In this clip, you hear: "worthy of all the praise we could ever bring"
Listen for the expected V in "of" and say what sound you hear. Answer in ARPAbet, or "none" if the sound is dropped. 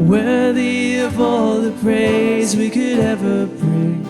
V